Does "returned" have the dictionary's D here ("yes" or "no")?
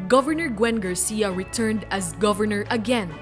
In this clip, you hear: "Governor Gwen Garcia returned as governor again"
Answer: yes